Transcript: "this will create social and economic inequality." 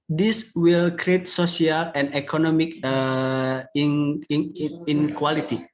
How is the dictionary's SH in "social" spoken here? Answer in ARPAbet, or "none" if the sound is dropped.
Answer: S